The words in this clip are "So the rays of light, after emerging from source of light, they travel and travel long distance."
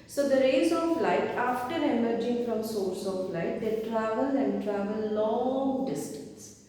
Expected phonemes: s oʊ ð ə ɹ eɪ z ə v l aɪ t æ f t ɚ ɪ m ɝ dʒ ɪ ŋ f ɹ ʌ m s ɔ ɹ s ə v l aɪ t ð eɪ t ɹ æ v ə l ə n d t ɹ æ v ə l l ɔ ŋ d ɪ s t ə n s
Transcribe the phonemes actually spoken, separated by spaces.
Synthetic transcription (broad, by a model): s oʊ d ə ɹ eɪ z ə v l aɪ t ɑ f t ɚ ɪ m ɝ dʒ ɪ ŋ f ɹ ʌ m s ɔ ɹ s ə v l aɪ t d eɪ t ɹ æ v ə l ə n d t ɹ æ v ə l l ɔ ŋ d ɪ s t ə n s